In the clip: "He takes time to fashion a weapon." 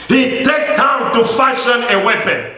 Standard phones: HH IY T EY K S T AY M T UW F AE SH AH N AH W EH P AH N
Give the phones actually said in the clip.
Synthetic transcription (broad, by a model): HH IY T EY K T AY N T UW F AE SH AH N AH W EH P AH N